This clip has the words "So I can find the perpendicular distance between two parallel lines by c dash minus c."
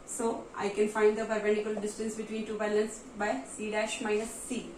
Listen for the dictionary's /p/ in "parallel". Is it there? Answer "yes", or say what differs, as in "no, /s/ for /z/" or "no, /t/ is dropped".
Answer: no, /b/ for /p/